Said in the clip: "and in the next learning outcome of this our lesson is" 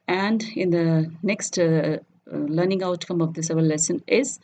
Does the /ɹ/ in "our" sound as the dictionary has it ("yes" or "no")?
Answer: no